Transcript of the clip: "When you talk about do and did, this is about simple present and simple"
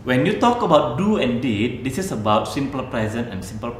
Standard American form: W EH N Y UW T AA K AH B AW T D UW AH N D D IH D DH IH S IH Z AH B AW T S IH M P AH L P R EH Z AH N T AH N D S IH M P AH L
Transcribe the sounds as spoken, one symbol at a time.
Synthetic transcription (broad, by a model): W EH N Y UW T AA K AH B AW T D UW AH N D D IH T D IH S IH S AH B AW T S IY M P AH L P R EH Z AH N AH N S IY M P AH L